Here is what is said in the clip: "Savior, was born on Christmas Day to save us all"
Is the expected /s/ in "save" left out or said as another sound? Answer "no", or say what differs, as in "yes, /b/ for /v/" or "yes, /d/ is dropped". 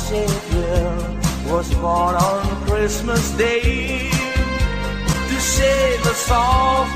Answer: yes, /ʃ/ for /s/